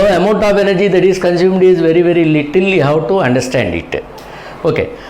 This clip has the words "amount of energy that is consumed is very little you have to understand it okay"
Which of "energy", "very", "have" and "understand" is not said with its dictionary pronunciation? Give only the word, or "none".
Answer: have